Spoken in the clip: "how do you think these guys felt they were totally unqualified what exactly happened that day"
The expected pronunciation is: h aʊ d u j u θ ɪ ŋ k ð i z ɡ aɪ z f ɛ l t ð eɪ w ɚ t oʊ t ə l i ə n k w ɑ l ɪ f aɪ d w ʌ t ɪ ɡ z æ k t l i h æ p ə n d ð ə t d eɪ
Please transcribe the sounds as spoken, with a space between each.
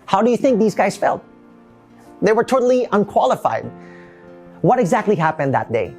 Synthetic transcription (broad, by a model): h aʊ d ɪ j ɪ θ ɪ ŋ k ð i z ɡ aɪ z f ɛ l t ð eɪ w ɚ t oʊ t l i ə n k w ɑ l ɪ f aɪ d w ʌ t ɪ ɡ z æ k t l i h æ p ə n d ð ə t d eɪ